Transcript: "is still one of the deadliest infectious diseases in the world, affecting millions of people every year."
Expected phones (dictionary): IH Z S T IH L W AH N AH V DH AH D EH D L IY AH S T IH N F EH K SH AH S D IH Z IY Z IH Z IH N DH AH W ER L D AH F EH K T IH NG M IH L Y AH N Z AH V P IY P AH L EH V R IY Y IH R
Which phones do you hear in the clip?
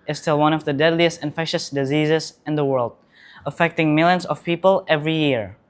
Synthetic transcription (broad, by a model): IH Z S T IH L W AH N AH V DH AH D EH D L IY AH S T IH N F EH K SH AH S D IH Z IY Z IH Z IH N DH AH W ER L D AH F EH K T IH NG M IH L Y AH N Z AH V P IY P AH L EH V R IY Y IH R